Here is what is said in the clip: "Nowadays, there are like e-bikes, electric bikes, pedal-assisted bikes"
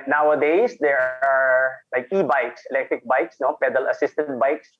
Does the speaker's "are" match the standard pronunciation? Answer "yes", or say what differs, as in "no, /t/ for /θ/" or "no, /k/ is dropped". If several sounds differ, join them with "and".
yes